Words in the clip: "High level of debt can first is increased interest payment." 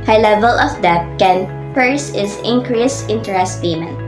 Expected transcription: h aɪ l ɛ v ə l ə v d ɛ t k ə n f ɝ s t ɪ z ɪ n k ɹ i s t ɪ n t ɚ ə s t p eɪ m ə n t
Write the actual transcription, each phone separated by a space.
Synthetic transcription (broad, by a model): h aɪ l ɛ v ə l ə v d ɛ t k ə n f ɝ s ɪ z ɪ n k ɹ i s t ɪ n t ɚ ə s t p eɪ m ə n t